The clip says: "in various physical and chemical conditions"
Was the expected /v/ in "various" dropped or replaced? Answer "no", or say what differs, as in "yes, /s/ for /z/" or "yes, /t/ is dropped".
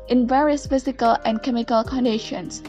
no